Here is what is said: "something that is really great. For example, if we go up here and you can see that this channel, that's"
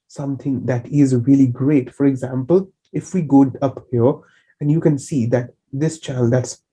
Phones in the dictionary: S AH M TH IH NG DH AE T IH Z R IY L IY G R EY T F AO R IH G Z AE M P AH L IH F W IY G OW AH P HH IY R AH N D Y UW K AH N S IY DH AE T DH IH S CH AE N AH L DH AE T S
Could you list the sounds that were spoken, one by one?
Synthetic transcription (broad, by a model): S AH M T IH NG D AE T IH Z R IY L IY G R EY T F AO R IH G Z AE M P AH L IH F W IY G OW AH P HH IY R AH N D Y UW K AH N S IY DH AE T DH IH S CH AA AH L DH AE T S